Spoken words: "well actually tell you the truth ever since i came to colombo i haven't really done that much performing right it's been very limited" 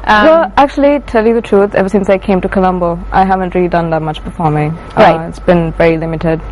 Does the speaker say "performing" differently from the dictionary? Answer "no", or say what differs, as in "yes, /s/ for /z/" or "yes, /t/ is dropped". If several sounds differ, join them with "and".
yes, /b/ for /p/